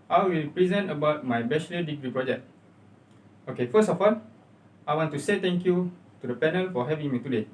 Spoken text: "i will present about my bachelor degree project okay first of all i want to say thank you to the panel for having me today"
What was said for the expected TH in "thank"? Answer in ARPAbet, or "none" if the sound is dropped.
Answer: T